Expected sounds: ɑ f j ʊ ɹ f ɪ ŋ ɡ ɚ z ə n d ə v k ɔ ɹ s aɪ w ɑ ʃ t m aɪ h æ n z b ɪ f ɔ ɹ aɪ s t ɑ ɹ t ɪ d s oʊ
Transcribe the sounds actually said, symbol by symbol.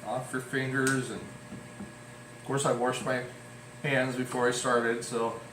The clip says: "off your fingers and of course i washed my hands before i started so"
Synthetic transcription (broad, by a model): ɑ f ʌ ɹ f ɪ ŋ ɡ ɚ z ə n ə v k ɔ ɹ s aɪ w ɑ ʃ t m aɪ h æ n z b ɪ f ɔ ɹ aɪ s t ɑ ɹ t ɪ d s oʊ